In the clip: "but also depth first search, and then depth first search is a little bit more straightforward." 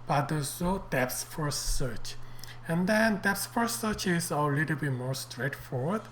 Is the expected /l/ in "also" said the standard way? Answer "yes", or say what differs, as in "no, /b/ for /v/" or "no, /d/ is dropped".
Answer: no, /l/ is dropped